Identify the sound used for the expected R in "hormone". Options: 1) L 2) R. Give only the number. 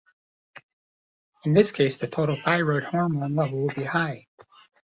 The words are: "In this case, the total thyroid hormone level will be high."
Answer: 2